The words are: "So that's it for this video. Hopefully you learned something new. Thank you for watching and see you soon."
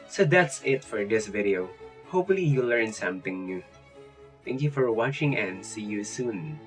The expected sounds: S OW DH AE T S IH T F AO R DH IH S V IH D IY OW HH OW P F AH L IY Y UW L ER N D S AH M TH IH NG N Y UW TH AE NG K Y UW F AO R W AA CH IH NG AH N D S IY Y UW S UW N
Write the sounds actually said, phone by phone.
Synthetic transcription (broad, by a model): S OW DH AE T S IH T F AO R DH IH S V IH D IY OW HH OW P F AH L IY Y UW L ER N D S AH M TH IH NG N Y UW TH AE NG K Y UW F AO R W AA CH IH NG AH N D S IY Y UW S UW N